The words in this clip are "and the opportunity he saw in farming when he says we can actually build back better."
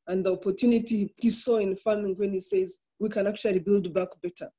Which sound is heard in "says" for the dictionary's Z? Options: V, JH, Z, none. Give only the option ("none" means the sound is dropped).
Z